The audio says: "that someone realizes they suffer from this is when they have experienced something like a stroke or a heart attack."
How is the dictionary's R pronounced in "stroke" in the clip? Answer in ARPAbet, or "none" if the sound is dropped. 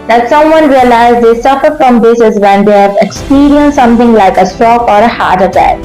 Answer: none